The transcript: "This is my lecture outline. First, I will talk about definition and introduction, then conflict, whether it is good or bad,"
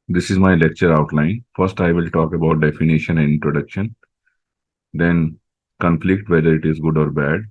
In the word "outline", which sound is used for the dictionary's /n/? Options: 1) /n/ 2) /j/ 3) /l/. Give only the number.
1